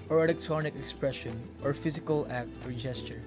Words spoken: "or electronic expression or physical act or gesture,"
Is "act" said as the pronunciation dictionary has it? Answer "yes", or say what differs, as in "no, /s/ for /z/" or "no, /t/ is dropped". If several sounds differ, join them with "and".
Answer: yes